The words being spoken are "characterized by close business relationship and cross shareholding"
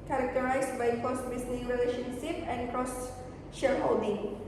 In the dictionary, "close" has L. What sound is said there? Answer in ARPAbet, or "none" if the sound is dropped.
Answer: none